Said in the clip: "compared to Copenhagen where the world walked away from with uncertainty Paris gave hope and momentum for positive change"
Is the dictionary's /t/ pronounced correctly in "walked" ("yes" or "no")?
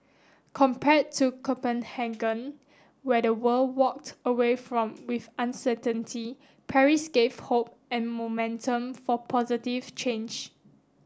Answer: yes